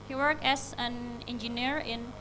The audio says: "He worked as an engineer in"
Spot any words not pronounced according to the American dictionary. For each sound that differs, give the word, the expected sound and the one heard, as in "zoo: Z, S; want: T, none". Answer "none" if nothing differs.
worked: T, none; as: Z, S